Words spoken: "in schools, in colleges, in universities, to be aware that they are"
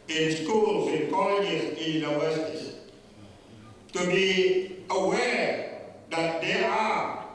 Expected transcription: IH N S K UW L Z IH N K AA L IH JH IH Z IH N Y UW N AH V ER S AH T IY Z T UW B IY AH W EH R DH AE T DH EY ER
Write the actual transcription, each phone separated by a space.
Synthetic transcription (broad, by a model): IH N S K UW L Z IH N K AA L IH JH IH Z IH N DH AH W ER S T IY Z T UW B IY AH W EH R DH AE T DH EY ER